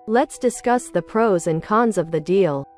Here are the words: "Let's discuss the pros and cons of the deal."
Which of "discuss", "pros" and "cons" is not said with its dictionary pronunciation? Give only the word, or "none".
none